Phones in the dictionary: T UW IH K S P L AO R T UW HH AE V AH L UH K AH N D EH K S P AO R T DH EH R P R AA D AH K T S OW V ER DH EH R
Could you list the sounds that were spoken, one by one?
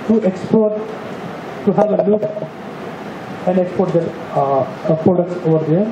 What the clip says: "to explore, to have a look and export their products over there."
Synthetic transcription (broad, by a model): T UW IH K S P AO R T UW HH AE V AH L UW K AH N D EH K S P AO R T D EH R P R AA D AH K T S OW V ER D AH R